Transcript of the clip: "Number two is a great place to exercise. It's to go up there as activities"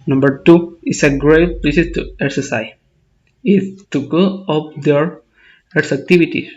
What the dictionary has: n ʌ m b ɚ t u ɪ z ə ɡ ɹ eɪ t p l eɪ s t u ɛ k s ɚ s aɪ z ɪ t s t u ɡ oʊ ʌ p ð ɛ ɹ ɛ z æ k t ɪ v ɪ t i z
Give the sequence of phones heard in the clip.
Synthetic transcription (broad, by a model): n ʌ m b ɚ t u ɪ s ə ɡ ɹ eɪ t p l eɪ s t u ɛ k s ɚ s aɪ ɪ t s t u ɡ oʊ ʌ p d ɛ ɹ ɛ s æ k t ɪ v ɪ t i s